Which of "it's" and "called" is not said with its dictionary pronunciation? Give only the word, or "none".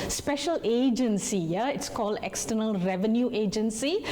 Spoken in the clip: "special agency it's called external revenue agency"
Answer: none